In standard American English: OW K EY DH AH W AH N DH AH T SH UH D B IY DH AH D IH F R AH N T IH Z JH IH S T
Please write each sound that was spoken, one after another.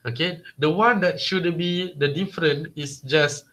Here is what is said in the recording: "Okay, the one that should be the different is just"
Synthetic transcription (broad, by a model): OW K EY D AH W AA N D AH T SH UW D B IY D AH D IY F R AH N IH S JH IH S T